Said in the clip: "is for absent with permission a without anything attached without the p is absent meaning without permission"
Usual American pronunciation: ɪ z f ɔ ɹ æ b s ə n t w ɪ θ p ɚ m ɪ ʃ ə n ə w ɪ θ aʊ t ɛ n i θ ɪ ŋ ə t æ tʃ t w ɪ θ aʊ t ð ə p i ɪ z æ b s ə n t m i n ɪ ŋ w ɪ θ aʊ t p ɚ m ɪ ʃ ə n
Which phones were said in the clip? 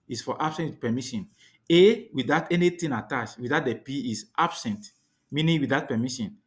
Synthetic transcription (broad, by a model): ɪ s f ɔ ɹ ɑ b s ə n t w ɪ p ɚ m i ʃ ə n ə w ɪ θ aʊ t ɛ n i t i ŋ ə t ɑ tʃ w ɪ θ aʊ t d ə p i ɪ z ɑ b s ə n t m i n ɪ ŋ w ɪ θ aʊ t p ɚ m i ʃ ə n